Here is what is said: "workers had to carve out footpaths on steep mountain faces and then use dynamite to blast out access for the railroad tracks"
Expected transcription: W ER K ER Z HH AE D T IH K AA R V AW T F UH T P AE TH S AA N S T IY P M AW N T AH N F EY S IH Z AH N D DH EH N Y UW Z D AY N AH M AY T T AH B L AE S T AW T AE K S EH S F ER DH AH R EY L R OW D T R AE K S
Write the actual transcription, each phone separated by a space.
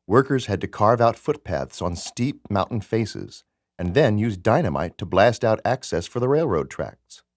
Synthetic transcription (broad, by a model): W ER K ER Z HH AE D T IH K AA R V AW T F UH T P AE TH S N S T IY P M AW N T N F EY S IH Z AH N DH EH N Y UW Z D AY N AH M AY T T AH B L AE S T AW T AE K S EH S F ER DH AH R EY L R OW D T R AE K S